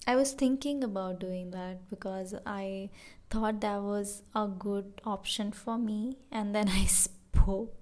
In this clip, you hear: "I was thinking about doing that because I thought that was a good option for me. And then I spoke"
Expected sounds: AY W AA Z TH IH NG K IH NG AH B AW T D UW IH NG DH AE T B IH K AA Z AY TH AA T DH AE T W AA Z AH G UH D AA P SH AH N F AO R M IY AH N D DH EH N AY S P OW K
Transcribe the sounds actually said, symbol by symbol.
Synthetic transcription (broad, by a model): AY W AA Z T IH NG K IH NG AH B AW T D UW IH NG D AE T B IH K AA Z AY T AA T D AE T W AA Z AH G UH D AA P SH AH N F AO R M IY AH N D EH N AY S P OW K